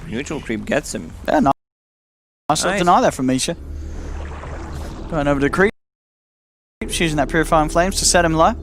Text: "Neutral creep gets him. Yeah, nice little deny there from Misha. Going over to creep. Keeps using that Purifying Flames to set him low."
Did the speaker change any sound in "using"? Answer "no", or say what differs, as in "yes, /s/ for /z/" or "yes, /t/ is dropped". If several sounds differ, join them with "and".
no